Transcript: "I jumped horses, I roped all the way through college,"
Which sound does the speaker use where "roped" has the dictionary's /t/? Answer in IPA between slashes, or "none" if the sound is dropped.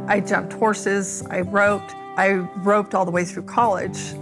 /t/